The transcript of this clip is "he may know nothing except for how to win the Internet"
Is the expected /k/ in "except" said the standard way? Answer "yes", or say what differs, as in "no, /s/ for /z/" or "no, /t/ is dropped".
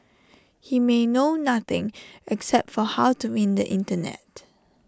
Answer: yes